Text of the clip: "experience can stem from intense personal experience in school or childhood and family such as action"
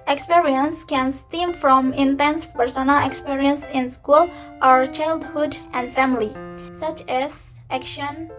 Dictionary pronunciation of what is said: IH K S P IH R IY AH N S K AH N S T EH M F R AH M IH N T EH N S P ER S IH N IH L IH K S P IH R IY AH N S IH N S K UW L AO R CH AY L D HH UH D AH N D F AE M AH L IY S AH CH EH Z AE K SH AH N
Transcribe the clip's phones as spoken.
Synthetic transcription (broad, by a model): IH K S P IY R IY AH N S K AH N S T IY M F R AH M IH N T EH N S P ER S IH N IH L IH K S P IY R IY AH N S IH N S K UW L AO R CH AY L D HH UH D AH N D F AE M AH L IY S AH CH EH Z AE K SH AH N